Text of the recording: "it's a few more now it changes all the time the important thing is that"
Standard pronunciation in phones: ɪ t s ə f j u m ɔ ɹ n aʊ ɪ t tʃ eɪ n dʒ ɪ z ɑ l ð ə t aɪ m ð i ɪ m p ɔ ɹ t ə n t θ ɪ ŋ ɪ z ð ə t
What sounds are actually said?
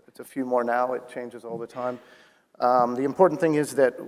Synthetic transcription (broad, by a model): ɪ t s ə f j u m ɔ ɹ n aʊ ɪ t tʃ eɪ n dʒ ɪ z ɑ l ð ə t aɪ m ð i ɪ m p ɔ ɹ t n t θ ɪ ŋ ɪ z ð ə t